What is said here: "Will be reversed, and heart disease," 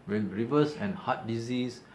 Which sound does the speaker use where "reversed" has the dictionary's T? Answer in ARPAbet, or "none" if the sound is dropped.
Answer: none